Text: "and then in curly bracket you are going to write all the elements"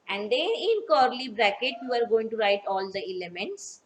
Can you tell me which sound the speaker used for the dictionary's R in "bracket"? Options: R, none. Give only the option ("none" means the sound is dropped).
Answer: R